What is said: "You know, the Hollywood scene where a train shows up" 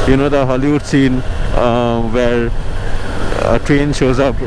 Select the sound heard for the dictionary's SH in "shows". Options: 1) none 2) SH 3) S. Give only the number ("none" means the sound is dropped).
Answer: 2